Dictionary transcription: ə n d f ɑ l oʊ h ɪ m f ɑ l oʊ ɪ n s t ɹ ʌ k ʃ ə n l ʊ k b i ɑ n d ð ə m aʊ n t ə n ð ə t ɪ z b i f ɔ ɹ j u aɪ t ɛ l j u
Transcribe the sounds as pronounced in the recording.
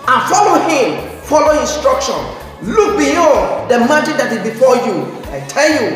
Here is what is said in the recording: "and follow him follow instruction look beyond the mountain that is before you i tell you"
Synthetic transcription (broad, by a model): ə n f ɑ l oʊ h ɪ m f ɑ l oʊ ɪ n s t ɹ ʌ k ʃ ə n l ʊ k b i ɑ d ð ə m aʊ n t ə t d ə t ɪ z b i f ɔ j u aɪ t ɛ l j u